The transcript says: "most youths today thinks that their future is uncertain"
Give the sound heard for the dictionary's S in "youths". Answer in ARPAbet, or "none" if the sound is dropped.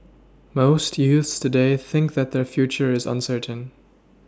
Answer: S